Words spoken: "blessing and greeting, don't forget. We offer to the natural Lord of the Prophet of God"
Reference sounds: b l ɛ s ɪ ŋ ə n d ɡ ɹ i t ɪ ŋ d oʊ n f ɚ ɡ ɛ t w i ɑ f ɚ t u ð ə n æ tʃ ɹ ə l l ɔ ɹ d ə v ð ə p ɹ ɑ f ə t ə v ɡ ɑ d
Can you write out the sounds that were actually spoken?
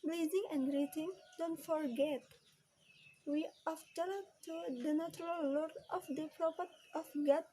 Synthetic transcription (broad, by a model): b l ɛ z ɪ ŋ ə n d ɡ ɹ i t ɪ ŋ d oʊ n f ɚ ɡ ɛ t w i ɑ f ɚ t u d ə n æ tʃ ɹ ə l l ɔ ɹ d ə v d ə p ɹ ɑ p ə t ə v ɡ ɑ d